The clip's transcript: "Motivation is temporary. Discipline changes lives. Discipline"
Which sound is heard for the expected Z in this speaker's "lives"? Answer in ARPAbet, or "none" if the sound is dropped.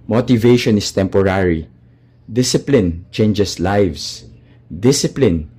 S